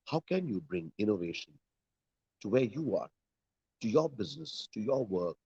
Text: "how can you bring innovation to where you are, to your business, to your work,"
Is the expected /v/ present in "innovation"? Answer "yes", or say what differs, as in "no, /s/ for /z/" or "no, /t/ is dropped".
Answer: yes